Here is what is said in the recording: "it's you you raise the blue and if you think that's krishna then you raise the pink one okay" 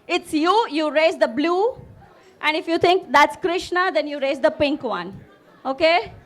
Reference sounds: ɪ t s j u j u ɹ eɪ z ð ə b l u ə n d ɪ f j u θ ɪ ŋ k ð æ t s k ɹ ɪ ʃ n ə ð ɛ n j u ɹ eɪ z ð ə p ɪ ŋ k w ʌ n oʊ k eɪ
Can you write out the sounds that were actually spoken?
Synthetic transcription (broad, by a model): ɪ t s j u j u ɹ eɪ z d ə b l u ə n d ɪ f j u t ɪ ŋ k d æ t s k ɹ ɪ ʃ n ə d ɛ n j u ɹ eɪ z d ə p ɪ ŋ k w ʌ n oʊ k eɪ